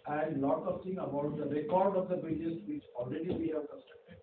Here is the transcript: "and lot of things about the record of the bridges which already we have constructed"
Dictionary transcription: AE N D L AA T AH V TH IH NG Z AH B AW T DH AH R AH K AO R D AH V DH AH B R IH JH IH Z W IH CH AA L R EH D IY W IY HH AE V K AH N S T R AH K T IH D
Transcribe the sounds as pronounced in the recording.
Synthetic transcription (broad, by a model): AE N D L AA T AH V T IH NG AH B AW T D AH R AH K AO R D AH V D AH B IH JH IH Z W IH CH AA L R EH D IY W IY HH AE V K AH S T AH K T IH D